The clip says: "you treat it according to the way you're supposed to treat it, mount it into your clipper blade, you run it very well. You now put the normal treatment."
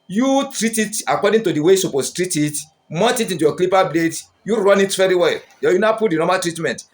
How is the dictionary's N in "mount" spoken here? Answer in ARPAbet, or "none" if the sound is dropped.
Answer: none